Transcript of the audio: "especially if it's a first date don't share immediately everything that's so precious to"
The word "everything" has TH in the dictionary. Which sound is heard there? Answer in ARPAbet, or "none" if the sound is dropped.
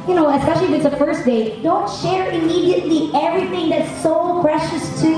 TH